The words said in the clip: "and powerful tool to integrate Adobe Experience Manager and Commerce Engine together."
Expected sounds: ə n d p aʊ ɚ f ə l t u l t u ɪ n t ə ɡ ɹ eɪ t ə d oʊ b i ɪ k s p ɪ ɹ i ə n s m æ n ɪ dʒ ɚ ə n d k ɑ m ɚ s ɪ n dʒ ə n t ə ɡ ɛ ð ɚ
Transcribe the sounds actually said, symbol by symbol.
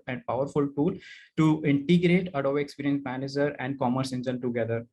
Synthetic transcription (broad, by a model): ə n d p aʊ ɚ f ə l t u l t u ɪ n t ə ɡ ɹ eɪ t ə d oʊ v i k s p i ɹ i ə n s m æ n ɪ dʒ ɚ ə n d k ɑ m ɚ s ɪ n dʒ ə n t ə ɡ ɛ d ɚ